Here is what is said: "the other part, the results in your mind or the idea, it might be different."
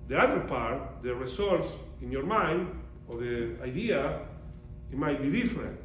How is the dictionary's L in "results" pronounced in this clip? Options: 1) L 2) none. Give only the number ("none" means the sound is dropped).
2